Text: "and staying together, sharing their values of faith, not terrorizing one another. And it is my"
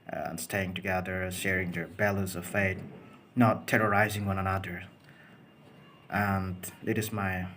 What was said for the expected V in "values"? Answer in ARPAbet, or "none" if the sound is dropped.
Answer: B